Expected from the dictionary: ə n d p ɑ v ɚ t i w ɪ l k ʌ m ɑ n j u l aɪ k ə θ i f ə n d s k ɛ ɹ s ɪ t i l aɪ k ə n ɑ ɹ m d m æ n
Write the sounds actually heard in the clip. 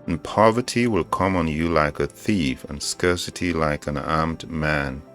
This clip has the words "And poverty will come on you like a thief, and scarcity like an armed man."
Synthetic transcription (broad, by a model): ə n p ɑ v ɚ t i w ɪ l k ʌ m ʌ n j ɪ l aɪ k ə θ i f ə n s k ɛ ɹ s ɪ t i l aɪ k ə n ɑ ɹ m d m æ n